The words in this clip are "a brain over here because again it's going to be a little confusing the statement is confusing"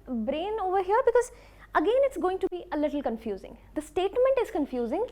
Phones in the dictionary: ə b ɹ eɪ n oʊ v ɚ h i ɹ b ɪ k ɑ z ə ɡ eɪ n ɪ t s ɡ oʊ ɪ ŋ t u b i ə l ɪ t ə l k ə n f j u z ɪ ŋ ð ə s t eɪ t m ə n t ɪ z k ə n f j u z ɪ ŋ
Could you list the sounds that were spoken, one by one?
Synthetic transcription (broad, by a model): b ɹ eɪ n oʊ v ɚ h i ɹ b ɪ k ɑ z ə ɡ eɪ n ɪ t s ɡ oʊ ɪ ŋ t u b i ə l ɪ t l k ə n f j u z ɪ ŋ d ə s t eɪ t m ə n t ɪ z k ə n f j u z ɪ ŋ